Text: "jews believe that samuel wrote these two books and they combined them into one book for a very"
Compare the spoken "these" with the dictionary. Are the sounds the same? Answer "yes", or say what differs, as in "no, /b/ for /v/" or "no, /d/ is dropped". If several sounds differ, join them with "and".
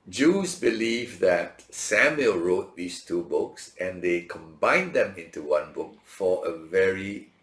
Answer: no, /s/ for /z/